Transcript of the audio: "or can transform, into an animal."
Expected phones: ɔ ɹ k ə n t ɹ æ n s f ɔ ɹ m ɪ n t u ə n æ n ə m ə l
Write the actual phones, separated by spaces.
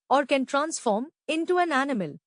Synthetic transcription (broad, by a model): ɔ ɹ k ə n t ɹ æ n s f ɔ ɹ m ɪ n t u ə n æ n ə m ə l